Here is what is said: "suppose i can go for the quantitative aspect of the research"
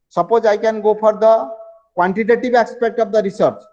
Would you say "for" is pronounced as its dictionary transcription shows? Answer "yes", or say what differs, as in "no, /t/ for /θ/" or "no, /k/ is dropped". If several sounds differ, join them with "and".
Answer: no, /p/ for /f/